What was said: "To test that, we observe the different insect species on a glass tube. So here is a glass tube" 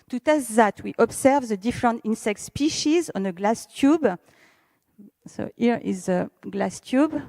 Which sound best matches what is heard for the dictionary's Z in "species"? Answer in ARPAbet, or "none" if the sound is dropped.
Z